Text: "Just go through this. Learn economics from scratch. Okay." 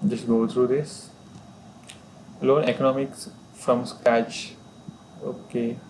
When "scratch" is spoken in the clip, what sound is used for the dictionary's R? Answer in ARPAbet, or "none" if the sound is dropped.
none